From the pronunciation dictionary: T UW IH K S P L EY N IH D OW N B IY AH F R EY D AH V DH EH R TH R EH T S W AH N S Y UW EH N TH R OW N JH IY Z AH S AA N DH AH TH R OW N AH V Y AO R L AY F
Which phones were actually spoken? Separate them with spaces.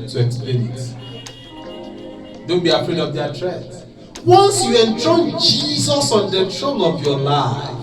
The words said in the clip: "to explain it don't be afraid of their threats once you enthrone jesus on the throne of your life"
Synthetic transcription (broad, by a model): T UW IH K S P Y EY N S D OW N B IY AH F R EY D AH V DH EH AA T R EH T W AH N S Y UW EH N T R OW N JH IY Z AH S AA N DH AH T R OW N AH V Y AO L AY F